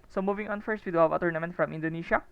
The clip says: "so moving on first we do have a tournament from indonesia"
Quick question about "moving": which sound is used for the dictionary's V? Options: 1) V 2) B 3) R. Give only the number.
1